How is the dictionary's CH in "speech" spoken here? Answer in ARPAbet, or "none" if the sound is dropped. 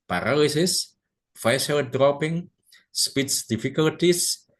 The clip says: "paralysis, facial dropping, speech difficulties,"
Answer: S